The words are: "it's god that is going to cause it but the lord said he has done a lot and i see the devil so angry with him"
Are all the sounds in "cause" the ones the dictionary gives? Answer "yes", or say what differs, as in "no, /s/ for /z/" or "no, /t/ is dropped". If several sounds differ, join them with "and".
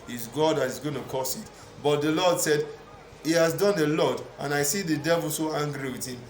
no, /s/ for /z/